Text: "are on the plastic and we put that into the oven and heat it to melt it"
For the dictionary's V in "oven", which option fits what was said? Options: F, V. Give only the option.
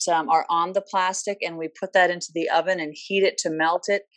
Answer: V